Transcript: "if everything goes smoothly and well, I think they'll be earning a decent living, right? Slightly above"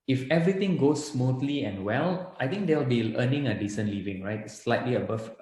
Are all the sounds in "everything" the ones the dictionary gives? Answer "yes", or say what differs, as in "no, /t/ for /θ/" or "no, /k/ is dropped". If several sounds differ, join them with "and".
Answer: no, /t/ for /θ/